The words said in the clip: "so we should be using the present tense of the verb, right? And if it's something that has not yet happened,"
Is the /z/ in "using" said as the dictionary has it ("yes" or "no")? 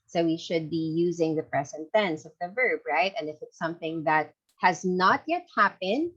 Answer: yes